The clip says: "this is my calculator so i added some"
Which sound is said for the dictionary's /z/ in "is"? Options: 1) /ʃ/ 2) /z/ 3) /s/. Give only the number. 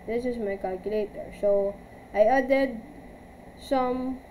3